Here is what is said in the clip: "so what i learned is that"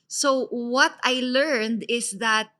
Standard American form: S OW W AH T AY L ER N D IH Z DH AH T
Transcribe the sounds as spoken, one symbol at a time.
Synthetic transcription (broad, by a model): S OW W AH T AY L ER N D IH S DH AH T